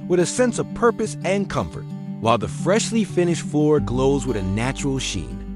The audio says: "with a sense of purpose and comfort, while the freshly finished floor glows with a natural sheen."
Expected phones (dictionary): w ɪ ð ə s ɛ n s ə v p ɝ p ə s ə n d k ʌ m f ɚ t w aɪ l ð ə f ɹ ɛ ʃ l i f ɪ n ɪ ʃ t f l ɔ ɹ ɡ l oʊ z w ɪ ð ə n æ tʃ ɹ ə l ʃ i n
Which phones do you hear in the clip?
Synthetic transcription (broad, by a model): w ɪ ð ə s ɛ n s ə v p ɝ p ə s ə n k ʌ m f ɚ t w aɪ l ð ə f ɹ ɛ ʃ l i f ɪ n ɪ ʃ t f l ɔ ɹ ɡ l oʊ z w ɪ ð ə n æ tʃ ɹ l ʃ i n